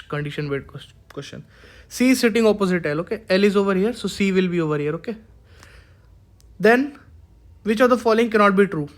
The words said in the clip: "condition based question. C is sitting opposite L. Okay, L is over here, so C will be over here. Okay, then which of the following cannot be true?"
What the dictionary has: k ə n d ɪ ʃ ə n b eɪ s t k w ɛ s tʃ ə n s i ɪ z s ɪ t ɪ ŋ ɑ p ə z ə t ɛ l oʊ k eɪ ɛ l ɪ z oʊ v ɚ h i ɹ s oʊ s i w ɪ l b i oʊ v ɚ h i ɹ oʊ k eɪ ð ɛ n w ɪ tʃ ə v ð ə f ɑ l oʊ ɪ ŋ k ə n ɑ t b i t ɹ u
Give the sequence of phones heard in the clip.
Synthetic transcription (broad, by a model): k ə n d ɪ ʃ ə n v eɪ t k w ɛ s tʃ ə n s i s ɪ t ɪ ŋ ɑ p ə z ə t ɛ l oʊ k eɪ ɛ l ɪ z oʊ v ɚ h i ɹ s oʊ s i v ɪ l b i oʊ v ɚ h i ɹ oʊ k eɪ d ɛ n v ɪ tʃ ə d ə f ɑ l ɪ ŋ k ə n ɑ t b i t ɹ u